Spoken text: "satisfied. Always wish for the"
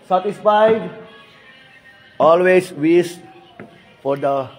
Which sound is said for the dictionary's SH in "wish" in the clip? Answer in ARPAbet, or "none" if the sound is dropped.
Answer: S